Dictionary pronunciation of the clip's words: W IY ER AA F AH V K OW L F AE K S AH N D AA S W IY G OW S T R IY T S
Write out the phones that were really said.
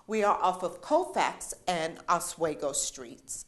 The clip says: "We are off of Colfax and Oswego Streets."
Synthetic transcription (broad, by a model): W IY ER AA F AH V K OW F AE K S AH N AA S W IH G OW S T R IY T S